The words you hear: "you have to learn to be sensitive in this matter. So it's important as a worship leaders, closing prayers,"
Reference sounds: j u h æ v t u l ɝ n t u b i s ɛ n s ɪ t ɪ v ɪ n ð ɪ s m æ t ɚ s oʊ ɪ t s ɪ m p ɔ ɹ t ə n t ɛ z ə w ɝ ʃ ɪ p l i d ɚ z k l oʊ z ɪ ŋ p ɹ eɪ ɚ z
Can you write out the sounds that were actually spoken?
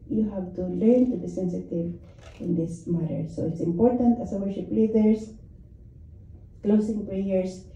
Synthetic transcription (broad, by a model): j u h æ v t u l ɝ n t u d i s ɛ n s ɪ t ɪ v ɪ n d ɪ s m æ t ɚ s oʊ ɪ t s ɪ m p ɔ ɹ t ə n t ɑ s ə w ɝ ʃ ɪ p l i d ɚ s k l oʊ s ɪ ŋ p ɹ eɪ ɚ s